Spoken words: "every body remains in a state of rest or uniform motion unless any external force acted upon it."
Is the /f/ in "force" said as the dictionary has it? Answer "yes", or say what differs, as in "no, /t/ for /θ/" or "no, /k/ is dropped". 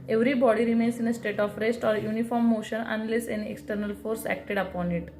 yes